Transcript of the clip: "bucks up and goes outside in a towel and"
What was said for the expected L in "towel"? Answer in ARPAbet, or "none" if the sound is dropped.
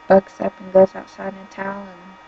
N